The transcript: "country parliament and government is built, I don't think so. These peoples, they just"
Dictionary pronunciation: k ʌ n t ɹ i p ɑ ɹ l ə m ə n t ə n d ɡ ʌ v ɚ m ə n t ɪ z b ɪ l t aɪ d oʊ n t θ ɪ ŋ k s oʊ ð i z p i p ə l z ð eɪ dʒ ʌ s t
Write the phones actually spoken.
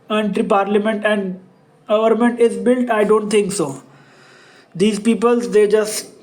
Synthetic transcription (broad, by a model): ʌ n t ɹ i p ɑ ɹ l ə m ə n t ə n d ɡ ʌ v ɚ m ə n t ɪ z b ɪ l t aɪ d oʊ n t t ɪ ŋ k s oʊ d i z p i p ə l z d eɪ dʒ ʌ s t